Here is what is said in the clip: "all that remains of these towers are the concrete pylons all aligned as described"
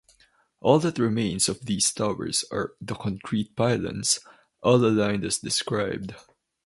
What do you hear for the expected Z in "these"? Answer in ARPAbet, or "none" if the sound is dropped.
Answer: S